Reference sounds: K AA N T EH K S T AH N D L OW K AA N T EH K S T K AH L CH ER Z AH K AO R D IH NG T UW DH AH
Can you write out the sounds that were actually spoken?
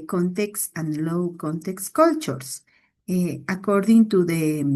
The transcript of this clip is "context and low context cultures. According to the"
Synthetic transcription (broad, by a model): K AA N T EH K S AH N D L OW K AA N T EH K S K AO L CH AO S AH K AO R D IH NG T UW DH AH